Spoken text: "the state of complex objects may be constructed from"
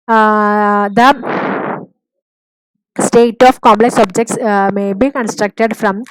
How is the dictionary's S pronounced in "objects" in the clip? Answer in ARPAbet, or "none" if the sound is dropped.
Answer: S